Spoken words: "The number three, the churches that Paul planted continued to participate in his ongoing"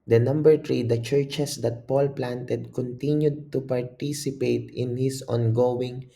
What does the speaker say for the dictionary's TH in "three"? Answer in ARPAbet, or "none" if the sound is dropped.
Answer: T